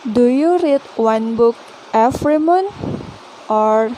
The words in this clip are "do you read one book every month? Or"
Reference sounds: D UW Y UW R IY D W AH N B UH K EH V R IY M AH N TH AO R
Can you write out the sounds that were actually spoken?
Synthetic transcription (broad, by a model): D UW Y UW R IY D W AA N B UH K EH F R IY M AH N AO R